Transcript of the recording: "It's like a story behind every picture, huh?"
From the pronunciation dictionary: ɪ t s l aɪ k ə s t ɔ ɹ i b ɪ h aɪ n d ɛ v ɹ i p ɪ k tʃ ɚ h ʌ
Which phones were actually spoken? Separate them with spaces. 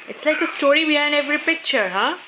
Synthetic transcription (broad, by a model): ɪ t s l aɪ k ə s t ɔ ɹ i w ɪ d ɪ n ɛ v ɹ i p ɪ k tʃ ɚ h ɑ